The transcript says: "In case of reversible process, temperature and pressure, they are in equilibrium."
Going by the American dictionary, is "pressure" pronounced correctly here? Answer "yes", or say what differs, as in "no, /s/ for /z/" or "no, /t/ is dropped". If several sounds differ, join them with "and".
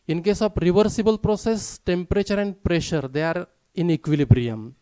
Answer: yes